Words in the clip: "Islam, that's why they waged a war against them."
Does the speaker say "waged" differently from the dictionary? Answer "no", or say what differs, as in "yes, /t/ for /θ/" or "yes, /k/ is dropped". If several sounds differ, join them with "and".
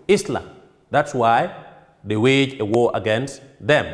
yes, /d/ is dropped